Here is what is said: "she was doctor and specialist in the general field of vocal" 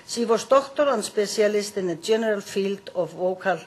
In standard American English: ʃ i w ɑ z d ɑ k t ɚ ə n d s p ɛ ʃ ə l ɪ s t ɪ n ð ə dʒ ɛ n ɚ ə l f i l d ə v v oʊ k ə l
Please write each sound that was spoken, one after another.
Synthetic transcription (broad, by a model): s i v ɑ s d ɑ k t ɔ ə n s p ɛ s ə l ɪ s t ɪ n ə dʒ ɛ n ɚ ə l f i l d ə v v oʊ k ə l